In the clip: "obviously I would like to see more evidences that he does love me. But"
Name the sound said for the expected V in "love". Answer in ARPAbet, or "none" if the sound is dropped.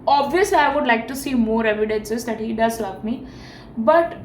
P